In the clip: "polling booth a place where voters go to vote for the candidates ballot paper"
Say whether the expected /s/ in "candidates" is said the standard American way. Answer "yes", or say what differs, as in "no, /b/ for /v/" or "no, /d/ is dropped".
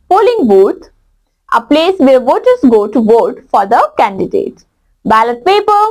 no, /s/ is dropped